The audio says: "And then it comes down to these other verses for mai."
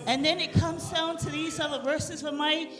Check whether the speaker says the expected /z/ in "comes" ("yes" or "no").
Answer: yes